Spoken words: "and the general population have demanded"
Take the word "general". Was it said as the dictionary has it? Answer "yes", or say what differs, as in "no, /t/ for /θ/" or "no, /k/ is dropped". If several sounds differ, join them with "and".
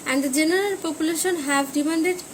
no, /n/ is dropped